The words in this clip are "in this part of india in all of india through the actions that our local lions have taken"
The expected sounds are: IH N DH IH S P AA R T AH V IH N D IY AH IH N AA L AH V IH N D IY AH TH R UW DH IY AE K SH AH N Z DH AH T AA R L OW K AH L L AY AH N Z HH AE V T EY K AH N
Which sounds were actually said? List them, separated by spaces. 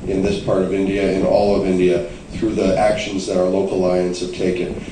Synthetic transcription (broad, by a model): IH N DH IH S P AA R T AH V IH N D IY AH IH N AA L AH V IH N D IY AH TH R UW DH IY AE K SH AH N Z DH AH T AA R L OW AH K L AY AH N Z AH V T EY K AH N